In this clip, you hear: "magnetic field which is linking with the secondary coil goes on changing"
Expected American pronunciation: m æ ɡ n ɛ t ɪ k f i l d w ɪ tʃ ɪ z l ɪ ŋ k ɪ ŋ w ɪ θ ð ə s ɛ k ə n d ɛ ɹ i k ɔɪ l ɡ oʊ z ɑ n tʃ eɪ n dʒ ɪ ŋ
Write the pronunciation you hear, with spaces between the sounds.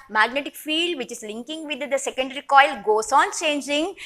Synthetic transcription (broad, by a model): m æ ɡ n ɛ t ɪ k f i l d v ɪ tʃ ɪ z l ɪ ŋ k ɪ ŋ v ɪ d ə s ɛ k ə n d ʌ ɹ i k ɔɪ l ɡ oʊ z ɑ n tʃ eɪ n dʒ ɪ ŋ